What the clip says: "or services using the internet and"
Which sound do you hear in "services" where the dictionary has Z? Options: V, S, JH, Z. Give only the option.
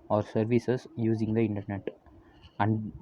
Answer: S